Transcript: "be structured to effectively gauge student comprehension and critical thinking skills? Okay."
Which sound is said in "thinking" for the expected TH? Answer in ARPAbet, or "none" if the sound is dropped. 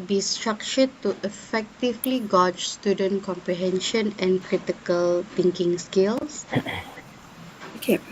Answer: T